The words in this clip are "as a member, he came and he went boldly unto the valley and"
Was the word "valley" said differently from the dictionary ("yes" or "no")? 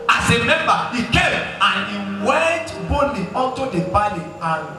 yes